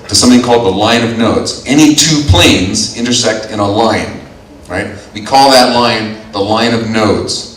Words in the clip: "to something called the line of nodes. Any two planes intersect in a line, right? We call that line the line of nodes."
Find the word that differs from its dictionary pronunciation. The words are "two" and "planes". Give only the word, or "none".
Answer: none